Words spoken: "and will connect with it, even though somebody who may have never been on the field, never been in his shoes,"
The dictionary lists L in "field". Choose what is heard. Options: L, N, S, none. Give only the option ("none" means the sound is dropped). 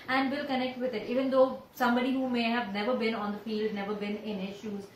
L